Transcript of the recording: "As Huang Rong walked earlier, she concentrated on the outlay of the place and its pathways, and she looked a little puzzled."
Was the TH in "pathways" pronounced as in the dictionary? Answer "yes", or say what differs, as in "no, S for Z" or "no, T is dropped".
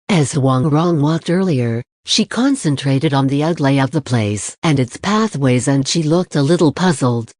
yes